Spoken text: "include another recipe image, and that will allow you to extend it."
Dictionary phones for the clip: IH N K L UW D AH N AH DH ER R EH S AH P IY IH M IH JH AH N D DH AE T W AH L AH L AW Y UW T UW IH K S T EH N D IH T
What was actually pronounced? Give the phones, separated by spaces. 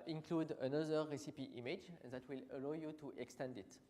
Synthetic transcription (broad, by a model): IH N K L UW D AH N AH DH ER R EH S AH P IY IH M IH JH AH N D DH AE T W AH L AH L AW Y UW T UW IH K S T EH N D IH T